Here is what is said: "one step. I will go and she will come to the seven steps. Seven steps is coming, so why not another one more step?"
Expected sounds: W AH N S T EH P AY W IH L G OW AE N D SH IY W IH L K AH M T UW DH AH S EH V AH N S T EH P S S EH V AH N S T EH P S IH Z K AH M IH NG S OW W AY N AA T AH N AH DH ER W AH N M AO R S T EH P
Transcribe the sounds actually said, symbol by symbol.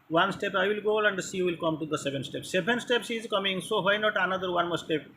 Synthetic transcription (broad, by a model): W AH N S T EH P AY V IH L G OW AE N D S IY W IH L K AH M T UW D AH S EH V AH N S T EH P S S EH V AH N S T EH P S IH Z K AH M IH NG S OW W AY N AA T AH N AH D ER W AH N M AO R S T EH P